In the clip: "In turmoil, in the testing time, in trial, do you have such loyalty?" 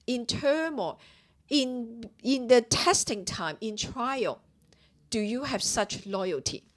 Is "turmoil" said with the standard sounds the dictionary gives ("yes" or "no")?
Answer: no